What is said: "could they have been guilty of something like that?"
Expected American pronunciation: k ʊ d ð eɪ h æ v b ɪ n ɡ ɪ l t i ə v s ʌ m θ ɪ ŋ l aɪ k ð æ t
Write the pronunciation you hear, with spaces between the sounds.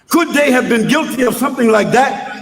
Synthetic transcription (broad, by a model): k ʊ d ð eɪ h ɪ v b ɪ n ɡ ɪ l t i ə v s ʌ m θ ɪ ŋ l aɪ k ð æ t